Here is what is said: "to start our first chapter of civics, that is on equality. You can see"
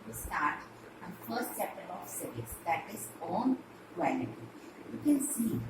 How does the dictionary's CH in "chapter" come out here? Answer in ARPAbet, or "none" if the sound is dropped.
S